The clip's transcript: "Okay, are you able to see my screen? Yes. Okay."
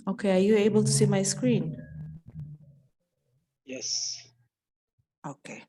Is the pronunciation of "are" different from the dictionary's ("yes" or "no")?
no